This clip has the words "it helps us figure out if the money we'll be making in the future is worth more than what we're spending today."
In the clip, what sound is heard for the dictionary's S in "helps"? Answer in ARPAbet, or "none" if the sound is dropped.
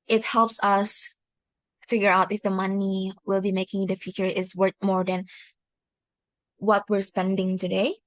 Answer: S